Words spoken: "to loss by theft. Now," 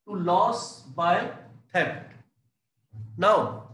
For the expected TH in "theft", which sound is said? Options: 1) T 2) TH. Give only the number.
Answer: 1